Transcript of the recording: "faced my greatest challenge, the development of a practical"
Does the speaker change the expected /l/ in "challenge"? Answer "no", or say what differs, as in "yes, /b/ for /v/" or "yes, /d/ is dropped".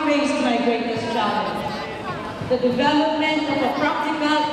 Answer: yes, /l/ is dropped